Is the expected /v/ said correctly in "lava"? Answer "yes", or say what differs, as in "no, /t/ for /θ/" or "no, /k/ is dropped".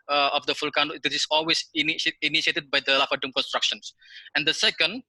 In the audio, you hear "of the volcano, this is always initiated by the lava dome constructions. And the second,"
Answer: no, /f/ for /v/